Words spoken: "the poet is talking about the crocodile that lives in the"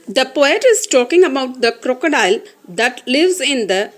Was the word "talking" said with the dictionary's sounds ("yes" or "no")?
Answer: yes